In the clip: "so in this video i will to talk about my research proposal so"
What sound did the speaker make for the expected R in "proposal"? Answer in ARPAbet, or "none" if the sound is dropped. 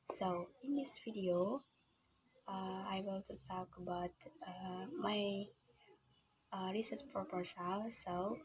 none